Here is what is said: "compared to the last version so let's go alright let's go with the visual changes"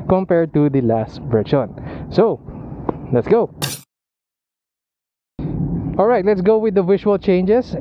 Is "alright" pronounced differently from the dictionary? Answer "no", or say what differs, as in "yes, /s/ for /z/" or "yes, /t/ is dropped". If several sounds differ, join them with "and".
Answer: no